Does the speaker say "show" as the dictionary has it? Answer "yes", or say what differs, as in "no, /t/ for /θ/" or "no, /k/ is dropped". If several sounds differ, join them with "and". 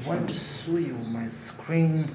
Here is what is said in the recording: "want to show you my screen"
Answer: no, /s/ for /ʃ/